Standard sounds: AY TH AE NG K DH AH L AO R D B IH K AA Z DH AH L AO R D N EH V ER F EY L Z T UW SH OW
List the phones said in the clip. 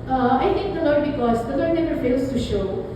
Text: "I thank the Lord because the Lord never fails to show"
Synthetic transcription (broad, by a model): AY T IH NG K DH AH L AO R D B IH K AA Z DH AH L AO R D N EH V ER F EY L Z T UW SH OW